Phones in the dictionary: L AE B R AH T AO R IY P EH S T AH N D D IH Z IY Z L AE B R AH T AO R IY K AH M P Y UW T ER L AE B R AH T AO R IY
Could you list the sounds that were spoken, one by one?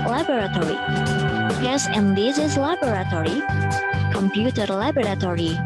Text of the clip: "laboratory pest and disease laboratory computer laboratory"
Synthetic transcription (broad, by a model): L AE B R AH T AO R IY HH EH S AH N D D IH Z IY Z L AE B R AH T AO R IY K AH M P Y UW T ER L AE B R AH T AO R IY